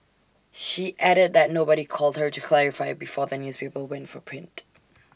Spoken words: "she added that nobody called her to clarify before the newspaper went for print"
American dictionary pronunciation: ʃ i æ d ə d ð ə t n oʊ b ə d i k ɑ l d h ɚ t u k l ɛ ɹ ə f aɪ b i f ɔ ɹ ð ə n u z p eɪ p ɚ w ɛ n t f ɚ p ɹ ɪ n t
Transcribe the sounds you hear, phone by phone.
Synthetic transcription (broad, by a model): ʃ i æ d ə d ð ə t n oʊ b ə d i k ɑ l d h ɚ t u k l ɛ ɹ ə f aɪ b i f ɔ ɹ ð ə n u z p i p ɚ w ɛ n t f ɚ p ɹ ɪ n t